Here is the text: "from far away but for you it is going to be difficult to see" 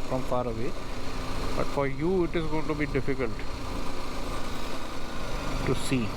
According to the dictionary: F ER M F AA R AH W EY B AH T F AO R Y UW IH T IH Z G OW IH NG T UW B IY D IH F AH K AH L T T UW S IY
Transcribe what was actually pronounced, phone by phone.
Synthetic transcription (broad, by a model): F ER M F AA R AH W EY B AH T F AO R Y UW IH T IH Z G OW IH NG T UW B IY D IH F AH K AH L T T UW S IY